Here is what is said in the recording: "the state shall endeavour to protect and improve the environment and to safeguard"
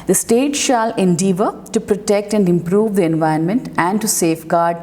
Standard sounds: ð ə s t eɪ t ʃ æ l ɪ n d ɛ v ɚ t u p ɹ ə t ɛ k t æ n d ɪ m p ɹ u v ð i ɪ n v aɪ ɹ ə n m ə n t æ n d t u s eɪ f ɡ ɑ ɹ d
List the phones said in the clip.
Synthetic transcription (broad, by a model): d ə s t eɪ t ʃ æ l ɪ n d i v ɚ t u p ɹ ə t ɛ k t æ n d ɪ m p ɹ u v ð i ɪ n v aɪ ə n m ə n t æ n d t u s eɪ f ɡ ɑ ɹ d